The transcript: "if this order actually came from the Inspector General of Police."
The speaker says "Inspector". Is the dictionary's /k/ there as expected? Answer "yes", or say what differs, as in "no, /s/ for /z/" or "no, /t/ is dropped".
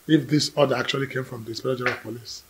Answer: no, /k/ is dropped